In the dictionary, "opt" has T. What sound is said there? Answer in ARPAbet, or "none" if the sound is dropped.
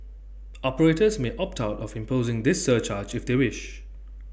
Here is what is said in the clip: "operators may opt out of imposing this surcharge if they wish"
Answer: T